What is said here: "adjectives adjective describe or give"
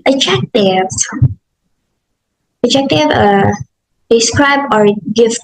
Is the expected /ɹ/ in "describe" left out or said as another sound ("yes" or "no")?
no